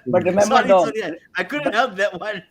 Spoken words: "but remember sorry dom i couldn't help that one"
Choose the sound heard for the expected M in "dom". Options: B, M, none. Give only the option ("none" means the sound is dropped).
none